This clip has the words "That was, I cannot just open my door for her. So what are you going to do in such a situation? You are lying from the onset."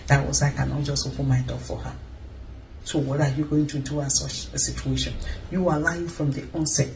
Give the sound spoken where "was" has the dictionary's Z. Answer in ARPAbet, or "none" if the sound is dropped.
S